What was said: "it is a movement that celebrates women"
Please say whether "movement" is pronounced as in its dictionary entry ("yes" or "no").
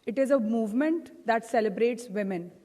yes